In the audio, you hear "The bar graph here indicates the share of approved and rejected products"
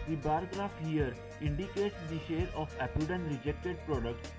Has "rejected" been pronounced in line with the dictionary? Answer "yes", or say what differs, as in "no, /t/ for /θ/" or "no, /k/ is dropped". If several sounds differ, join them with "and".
yes